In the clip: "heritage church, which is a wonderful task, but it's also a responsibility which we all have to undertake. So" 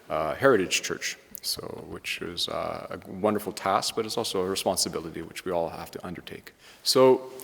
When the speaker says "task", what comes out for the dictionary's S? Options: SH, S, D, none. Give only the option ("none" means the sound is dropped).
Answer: S